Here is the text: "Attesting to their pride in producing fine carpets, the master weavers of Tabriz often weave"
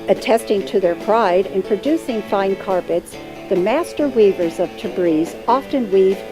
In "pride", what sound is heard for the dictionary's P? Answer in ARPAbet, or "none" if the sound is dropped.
P